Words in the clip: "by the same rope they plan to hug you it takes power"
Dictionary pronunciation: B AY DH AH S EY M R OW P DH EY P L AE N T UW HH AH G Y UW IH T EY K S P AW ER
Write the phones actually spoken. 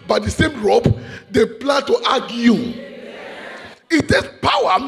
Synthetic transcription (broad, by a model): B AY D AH S EY M R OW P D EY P L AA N T UW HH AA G Y UW IH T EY S P AW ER